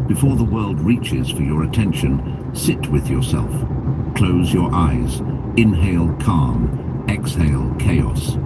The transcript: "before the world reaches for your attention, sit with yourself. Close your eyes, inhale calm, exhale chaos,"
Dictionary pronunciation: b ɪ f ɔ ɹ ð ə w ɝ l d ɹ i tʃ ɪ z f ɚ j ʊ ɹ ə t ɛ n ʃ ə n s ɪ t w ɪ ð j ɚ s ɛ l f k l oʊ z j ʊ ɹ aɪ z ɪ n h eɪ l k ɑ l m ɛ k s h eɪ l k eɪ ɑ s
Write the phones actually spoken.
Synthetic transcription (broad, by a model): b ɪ f ɔ ɹ ð ə w ɝ l d ɹ i tʃ ɪ z f ɚ j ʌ ɹ ə t ɛ n ʃ ə n s ɪ t w ɪ ð j ɚ s ɛ l f k l oʊ z j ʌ ɹ aɪ z ɪ n h eɪ l k ɑ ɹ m ɛ k s h eɪ l k eɪ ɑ s